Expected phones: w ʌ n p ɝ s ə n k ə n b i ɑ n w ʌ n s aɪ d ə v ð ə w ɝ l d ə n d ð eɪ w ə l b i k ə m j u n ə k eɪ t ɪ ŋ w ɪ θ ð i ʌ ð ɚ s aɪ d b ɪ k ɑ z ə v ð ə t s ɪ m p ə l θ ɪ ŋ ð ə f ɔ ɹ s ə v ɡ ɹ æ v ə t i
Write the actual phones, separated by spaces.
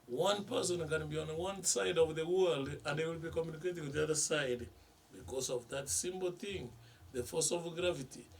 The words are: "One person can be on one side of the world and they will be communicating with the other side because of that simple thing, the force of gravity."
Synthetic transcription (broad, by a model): w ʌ n p ɝ s ə n k ə n b i ɑ n w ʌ n s aɪ d ə v ð ə w ɝ l d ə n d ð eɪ w ə l b i k ə m j u n ə k eɪ t ɪ ŋ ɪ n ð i ʌ ð ɚ s aɪ d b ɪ k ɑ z ə v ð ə t s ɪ m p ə l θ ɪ ŋ ð ə f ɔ s ə v ɡ ɹ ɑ v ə t i